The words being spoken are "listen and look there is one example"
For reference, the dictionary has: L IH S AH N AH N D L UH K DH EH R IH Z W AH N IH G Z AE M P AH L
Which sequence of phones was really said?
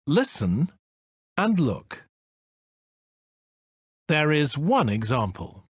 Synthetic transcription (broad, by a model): L IH S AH N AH N L UH K DH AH R IH Z W AH N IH G Z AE M P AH L